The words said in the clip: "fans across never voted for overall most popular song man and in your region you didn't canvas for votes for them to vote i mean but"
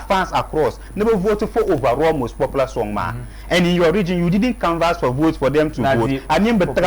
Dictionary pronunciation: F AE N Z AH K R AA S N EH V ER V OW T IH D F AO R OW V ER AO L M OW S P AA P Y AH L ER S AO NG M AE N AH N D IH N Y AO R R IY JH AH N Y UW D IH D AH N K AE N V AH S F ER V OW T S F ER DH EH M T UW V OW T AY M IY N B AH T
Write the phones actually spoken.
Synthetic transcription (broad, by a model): F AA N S AH K R AA S N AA B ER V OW T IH F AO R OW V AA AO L M OW S P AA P L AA S AO NG M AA AH N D IH N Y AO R R IY JH AH N Y UW D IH D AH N K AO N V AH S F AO V OW T S F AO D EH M T UW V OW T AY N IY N B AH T